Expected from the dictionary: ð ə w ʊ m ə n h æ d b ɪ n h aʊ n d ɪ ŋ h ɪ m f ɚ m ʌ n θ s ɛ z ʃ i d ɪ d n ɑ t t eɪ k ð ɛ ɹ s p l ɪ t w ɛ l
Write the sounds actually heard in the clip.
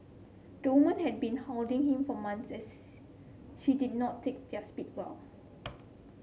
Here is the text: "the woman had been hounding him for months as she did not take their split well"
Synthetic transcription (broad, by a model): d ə w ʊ m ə n h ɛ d b ɪ n h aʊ l d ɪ ŋ h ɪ m f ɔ m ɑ n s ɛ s ʃ i d ɪ d n ɑ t t eɪ k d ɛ s p i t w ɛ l